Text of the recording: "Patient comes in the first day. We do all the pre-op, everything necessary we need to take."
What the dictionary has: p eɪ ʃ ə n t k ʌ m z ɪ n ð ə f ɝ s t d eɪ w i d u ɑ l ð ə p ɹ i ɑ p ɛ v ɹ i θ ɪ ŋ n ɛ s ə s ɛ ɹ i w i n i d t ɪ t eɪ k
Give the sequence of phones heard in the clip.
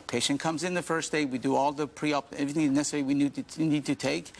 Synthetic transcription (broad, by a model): p eɪ ʃ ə n k ʌ m z ɪ n ð ə f ɝ s d eɪ w i d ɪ ɑ l ð ə p ɹ i ɑ p ɛ v ɹ i θ ɪ ŋ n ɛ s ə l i w i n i n i d t ɪ t eɪ k